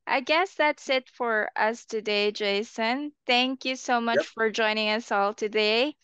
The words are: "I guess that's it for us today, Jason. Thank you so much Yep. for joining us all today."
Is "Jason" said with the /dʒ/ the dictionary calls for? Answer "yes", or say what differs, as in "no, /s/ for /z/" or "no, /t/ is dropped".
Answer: yes